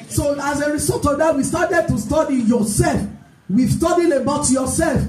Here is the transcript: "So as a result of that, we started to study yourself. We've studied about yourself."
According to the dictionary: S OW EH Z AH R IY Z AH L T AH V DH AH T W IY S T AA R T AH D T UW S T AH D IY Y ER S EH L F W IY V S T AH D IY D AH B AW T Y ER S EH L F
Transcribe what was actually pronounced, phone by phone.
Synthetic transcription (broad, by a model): S OW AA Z AH R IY S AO T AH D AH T W IY S T AA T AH D T UW S T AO D IY Y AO S EH L F W IY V S T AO D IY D AH B AW T Y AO S EH L F